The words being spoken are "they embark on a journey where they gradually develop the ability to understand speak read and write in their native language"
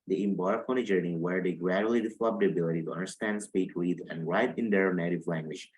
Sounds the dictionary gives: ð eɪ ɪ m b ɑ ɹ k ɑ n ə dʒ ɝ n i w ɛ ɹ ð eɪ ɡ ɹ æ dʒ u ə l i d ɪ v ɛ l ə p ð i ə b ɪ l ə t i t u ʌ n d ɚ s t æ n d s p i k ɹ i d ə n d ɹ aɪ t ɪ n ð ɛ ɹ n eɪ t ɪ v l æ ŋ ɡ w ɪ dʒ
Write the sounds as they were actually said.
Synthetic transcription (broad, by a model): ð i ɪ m b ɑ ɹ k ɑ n ə dʒ ɝ n i w ɛ ɹ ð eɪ ɡ ɹ æ dʒ u ə l i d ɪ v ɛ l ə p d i ə b ɪ l ə t i t u ʌ n d ɚ s t æ n d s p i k w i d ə n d ɹ aɪ t ɪ n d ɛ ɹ n eɪ t ɪ v l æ ŋ ɡ w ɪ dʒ